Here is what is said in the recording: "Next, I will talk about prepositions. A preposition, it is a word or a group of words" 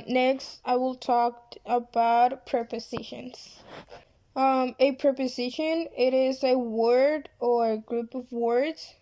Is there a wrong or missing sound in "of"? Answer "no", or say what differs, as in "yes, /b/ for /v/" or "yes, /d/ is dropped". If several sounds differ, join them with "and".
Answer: no